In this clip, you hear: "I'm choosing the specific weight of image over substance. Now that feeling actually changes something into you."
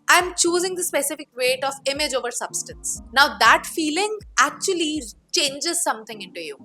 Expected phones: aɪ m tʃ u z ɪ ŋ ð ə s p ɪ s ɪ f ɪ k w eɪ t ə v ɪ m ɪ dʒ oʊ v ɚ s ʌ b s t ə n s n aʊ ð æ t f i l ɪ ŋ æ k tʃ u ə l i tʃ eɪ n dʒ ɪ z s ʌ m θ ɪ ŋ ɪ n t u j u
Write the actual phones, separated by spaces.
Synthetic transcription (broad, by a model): aɪ m tʃ u z ɪ ŋ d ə s p ɪ s ɪ f ɪ k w eɪ t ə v ɪ m ɪ dʒ oʊ v ɚ s ʌ b s t ə n s n aʊ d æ t f i l ɪ ŋ æ k tʃ u ə l i tʃ eɪ n dʒ ɪ z s ʌ m t ɪ ŋ ɪ n t u j u